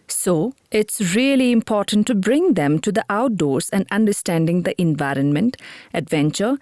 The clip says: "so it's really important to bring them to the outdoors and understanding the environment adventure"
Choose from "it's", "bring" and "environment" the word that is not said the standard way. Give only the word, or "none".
none